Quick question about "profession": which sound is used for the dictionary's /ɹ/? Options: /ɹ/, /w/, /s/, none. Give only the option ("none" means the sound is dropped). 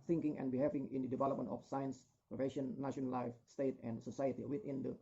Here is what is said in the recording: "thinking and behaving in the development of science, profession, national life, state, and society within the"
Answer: none